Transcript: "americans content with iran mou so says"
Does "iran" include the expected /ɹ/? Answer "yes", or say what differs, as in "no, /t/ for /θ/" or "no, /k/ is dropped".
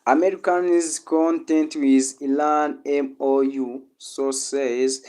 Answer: no, /l/ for /ɹ/